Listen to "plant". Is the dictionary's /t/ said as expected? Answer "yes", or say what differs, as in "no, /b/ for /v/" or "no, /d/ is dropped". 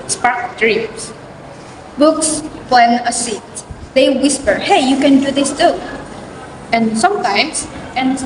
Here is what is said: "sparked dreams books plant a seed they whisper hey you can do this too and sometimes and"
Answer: no, /t/ is dropped